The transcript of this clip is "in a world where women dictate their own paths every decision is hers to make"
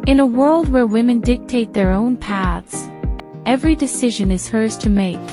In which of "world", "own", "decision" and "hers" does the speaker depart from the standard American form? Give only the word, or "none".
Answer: none